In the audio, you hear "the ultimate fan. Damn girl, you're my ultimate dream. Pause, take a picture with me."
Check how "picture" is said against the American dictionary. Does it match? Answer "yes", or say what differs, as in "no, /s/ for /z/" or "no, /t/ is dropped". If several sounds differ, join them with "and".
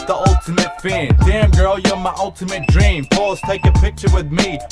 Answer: yes